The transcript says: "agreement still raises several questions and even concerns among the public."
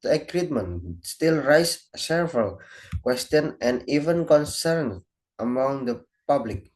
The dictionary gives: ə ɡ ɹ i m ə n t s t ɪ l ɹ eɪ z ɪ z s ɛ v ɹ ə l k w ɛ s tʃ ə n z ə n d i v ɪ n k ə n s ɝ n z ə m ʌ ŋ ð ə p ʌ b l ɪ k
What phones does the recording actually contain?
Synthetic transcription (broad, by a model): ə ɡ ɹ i m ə n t s t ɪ l ɹ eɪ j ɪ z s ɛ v ɹ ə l k w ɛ s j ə n ə n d i v ɪ n k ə n s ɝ n ə m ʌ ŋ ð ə p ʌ b l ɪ k